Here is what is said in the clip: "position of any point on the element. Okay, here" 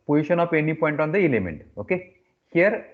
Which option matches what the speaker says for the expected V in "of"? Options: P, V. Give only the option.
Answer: P